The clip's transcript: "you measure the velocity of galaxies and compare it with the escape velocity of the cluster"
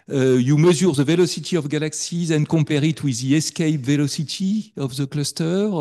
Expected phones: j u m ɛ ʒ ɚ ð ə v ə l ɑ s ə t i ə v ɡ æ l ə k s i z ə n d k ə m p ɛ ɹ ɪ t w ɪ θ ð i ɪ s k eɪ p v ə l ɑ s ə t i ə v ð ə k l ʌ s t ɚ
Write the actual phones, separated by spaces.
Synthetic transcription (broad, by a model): j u m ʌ z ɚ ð ə v ə l ɑ s ə t i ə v ɡ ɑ l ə k s i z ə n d k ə p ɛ ɹ ɪ t w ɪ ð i ɪ s k eɪ p v ə l ɑ s ə t i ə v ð ə k l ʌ s t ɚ